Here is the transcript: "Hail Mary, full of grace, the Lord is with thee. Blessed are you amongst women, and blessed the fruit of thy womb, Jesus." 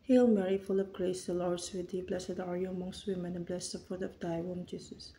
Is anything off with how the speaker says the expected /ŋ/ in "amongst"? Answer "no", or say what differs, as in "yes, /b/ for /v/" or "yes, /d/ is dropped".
no